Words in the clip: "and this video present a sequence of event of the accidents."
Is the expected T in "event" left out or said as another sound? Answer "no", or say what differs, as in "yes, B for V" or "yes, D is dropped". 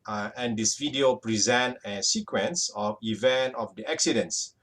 no